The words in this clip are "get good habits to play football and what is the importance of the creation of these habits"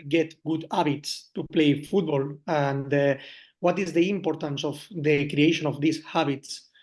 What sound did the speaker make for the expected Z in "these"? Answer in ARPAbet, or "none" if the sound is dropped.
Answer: S